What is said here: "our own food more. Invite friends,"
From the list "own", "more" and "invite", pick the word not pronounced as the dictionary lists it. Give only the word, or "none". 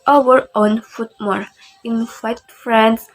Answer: invite